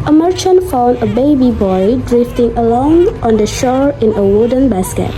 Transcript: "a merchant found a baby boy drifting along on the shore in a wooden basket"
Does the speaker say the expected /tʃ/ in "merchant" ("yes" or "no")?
yes